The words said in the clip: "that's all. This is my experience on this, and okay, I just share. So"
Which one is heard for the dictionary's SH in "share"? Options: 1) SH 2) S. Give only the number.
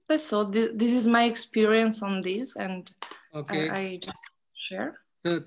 1